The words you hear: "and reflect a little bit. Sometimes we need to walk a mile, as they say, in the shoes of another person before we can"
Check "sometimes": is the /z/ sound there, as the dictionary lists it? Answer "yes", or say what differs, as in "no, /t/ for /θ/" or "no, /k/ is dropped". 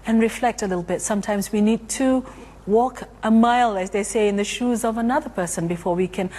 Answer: yes